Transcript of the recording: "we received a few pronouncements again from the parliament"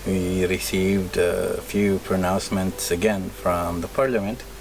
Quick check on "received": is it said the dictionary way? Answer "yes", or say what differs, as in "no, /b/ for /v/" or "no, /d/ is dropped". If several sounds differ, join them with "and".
yes